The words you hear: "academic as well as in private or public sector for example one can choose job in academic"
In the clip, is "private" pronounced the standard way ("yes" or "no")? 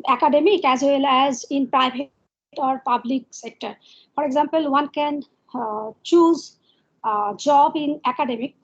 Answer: no